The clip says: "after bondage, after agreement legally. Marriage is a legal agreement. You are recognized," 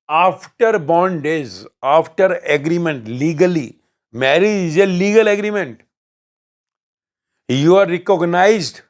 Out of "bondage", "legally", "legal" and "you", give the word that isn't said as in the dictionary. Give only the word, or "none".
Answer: bondage